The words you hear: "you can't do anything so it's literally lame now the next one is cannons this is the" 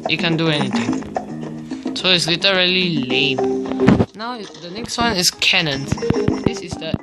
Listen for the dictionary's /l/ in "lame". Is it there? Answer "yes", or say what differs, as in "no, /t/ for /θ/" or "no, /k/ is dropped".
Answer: yes